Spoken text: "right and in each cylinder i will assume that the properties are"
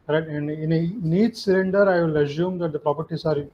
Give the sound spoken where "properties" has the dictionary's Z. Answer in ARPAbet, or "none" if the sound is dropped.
S